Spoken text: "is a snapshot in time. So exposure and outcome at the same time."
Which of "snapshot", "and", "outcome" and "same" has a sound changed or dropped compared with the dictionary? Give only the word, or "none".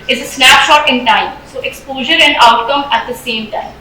none